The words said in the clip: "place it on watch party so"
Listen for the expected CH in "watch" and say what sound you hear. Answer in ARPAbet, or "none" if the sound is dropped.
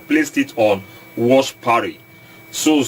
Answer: SH